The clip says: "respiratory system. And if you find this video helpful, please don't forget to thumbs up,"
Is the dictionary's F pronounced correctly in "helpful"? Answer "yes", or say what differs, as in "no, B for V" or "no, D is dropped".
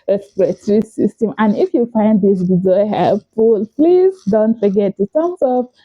yes